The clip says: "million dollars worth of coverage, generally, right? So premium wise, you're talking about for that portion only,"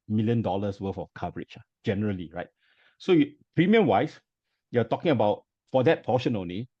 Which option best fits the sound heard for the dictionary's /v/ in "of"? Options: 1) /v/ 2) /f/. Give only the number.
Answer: 2